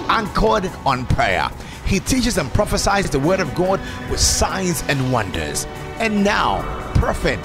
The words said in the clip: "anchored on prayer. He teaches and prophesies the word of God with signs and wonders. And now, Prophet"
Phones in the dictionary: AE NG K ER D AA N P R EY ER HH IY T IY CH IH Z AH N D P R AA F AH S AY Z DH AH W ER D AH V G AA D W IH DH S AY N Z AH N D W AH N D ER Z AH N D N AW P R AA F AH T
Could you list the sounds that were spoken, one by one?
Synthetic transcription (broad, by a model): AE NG K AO D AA N P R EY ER HH IY T IY CH IH Z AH N P R AA F AH S AY Z DH AH W ER D AH V G AA D W IH DH S AY N Z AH N W AH N D ER Z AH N N AW P R F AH T